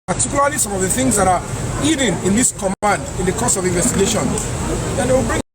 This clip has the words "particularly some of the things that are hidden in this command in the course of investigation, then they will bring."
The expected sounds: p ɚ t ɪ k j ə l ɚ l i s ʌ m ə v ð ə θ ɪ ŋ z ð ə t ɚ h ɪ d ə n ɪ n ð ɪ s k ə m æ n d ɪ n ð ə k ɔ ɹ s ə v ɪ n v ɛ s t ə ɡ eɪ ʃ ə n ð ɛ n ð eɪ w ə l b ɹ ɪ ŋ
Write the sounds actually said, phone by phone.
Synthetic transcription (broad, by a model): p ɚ t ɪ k j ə l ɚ l i s ʌ m ə v ð ə θ ɪ ŋ z ð ə t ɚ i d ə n ɪ n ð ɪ s k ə m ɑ n d ɪ n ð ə k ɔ s ə v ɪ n v ɛ s t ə ɡ eɪ ʃ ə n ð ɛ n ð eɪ w ə l b ɹ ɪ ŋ